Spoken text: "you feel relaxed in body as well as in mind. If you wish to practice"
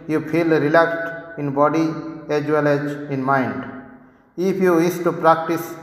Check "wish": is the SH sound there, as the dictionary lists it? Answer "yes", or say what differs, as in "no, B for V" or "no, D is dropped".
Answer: no, S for SH